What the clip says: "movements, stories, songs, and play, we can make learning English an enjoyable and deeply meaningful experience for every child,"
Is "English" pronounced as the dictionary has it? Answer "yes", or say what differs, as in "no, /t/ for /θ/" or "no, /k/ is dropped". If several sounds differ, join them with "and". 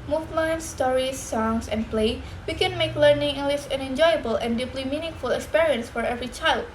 no, /ŋ/ is dropped and /s/ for /ʃ/